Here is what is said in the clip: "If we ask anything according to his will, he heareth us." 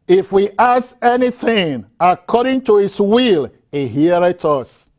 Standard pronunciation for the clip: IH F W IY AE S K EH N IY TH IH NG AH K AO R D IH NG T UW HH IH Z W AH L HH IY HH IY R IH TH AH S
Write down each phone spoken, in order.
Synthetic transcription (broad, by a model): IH F W IY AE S EH N IY TH IH NG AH K AO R D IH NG T UW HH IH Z W AH L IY HH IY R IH T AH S